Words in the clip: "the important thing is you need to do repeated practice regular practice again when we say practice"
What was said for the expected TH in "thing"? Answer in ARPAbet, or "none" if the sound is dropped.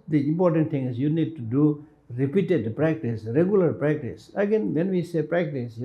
T